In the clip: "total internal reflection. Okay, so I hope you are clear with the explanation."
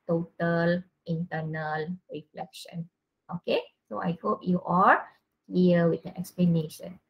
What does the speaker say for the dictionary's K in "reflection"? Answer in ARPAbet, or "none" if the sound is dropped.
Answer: K